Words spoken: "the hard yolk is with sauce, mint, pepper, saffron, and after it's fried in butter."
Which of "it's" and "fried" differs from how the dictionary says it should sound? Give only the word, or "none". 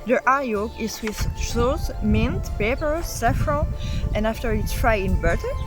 fried